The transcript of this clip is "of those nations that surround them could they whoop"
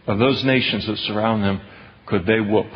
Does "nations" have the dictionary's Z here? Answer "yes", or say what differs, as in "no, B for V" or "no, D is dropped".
yes